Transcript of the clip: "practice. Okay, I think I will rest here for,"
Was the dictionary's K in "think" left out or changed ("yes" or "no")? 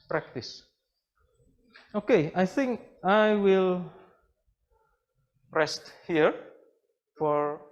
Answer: no